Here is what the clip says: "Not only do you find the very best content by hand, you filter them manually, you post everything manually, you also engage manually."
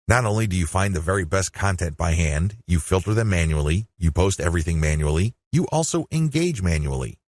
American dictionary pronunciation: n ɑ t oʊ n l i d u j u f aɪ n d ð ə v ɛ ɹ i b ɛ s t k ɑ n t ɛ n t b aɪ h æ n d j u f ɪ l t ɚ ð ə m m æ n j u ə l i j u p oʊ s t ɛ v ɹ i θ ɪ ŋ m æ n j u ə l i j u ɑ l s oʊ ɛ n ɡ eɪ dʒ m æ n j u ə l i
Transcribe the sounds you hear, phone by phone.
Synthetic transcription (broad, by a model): n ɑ t oʊ n l i d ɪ j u f aɪ n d ð ə v ɛ ɹ i b ɛ s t k ɑ n t ɛ n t b aɪ h æ n d j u f ɪ l t ɚ ð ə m m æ n j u l i j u p oʊ s t ɛ v ɹ i θ ɪ ŋ m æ n j u l i j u ɑ l s oʊ ɛ n ɡ eɪ dʒ m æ n j u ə l i